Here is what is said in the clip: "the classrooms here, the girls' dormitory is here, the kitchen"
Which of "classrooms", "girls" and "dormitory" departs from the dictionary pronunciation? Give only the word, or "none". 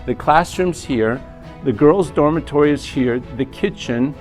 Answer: none